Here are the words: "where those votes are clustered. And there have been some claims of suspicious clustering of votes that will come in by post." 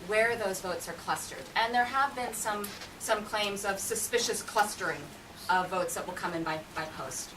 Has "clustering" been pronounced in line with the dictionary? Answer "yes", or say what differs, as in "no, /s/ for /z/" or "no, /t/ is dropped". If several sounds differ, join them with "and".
yes